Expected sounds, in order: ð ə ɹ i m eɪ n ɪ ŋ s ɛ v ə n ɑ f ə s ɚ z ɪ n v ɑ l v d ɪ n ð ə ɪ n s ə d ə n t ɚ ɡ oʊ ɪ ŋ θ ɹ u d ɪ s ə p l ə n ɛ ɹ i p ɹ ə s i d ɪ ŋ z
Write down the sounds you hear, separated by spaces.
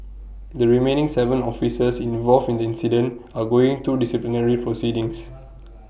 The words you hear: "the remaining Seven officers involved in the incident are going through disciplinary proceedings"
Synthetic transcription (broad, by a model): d ə ɹ i m eɪ n ɪ ŋ s ɛ v ə n ɑ f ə s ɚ s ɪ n v ɑ l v ɪ n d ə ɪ n s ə d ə n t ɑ ɡ oʊ ɪ ŋ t u d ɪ s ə p l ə n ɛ ɹ i p ɹ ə s i d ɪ ŋ s